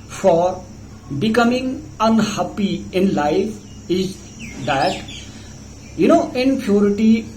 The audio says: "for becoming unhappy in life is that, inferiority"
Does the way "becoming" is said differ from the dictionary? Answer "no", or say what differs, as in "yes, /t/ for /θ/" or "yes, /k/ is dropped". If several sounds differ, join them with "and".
no